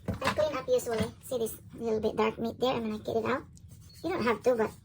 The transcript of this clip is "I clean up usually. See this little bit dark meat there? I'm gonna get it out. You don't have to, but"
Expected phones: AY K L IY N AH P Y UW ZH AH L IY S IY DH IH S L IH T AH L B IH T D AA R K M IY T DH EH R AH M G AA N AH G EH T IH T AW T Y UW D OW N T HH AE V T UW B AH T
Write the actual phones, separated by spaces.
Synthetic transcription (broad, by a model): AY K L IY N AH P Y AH S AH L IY S IY DH IH S L IH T L B IH T D AA R K M IY T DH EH R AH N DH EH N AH G EH T IH T AW T Y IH D OW N T HH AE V T UW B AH T